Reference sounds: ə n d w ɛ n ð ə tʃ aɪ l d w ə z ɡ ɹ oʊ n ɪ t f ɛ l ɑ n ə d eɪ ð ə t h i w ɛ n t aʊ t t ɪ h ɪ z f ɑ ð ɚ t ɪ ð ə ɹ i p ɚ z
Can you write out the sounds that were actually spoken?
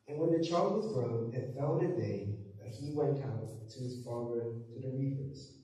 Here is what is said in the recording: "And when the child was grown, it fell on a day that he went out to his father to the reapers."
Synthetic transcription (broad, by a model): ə n w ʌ n ð ə tʃ aɪ l d w ə z ɡ ɹ oʊ n ɪ t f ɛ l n ə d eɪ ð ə t h i w ɛ n t aʊ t t ɪ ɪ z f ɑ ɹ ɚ t ɪ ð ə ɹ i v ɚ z